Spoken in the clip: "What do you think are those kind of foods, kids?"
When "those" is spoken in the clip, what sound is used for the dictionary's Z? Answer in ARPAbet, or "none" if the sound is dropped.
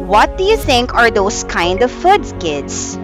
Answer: S